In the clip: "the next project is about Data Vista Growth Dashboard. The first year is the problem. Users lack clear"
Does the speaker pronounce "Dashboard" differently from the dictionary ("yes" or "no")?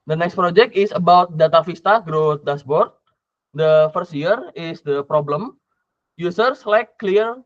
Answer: yes